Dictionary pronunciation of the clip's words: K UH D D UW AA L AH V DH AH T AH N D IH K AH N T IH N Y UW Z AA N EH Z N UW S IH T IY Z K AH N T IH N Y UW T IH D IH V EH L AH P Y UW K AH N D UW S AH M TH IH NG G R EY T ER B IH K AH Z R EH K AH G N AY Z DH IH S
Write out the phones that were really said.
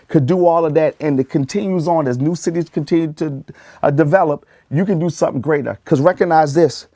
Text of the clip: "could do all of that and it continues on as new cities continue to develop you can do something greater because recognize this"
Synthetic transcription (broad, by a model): K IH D D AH AA L AH V DH AH T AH N IH K AH N T IH N Y UW Z N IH Z N UW S IH T IY Z K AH N T IH N Y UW T IH D IH V EH L AH P Y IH K AH N D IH S AH M TH IH NG G R EY T ER K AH Z R EH K AH G N AY Z DH IH S